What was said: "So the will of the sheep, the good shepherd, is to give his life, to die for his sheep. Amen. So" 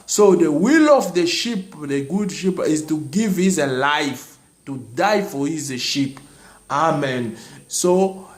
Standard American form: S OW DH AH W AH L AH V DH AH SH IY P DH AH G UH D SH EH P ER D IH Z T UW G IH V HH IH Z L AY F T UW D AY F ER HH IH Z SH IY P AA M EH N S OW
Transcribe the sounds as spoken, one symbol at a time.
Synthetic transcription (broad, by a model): S OW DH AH W AH L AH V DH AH SH IY P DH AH G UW D SH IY P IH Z T UW G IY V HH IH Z L AY F T UW D AY F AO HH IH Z SH IY P AA M EH N S OW